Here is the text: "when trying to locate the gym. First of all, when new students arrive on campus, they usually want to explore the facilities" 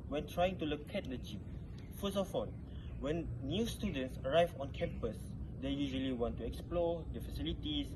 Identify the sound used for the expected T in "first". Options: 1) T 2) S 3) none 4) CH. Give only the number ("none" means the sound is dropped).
3